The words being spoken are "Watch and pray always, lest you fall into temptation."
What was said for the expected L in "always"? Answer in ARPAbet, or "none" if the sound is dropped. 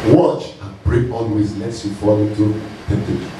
N